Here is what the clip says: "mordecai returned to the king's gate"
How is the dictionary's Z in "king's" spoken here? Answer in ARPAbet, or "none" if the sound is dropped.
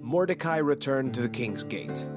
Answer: Z